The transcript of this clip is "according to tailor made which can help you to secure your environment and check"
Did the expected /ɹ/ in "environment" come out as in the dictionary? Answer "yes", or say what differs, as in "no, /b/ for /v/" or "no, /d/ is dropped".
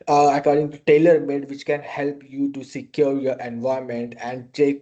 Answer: no, /ɹ/ is dropped